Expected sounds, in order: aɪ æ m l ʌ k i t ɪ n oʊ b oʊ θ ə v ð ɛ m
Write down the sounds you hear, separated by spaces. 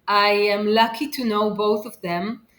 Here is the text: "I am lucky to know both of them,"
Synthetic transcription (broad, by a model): aɪ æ m l ʌ k i t ɪ n oʊ b oʊ θ ə v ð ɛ m